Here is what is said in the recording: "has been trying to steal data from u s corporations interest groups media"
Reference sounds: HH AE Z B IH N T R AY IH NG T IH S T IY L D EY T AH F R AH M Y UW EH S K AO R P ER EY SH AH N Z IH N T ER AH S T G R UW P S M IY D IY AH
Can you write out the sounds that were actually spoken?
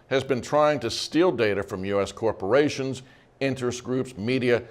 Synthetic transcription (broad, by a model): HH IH Z B IH N T R AY IH NG T IH S T IY L D EY T AH F R AH M Y UW EH S K AO R P ER EY SH AH N Z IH N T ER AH S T G R UW P S M IY D IY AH